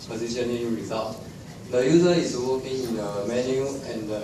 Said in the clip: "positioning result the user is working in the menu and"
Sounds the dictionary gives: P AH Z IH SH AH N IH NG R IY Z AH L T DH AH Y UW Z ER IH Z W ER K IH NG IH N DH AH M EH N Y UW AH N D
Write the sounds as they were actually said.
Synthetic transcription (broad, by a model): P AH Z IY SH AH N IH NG R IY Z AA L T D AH Y UW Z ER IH S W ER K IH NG IH N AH M EH N Y UW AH N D